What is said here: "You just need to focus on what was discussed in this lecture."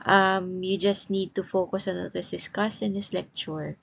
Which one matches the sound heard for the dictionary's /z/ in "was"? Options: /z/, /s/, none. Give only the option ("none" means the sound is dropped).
/s/